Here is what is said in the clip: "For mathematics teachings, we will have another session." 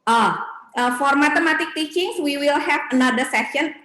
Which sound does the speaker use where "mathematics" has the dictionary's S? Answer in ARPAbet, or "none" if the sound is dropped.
none